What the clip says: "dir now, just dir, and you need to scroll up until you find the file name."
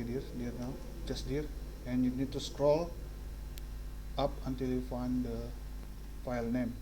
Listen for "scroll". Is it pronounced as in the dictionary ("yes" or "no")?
yes